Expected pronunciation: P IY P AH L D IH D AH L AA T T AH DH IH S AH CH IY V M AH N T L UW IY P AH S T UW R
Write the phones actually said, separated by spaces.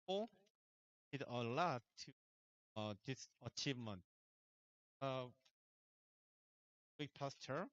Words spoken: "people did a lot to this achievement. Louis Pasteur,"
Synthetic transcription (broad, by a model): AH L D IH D AH L AA T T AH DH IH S AH CH IY V M AH N T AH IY P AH S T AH R